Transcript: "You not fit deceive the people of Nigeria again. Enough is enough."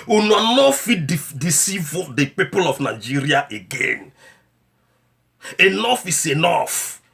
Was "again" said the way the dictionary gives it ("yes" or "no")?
yes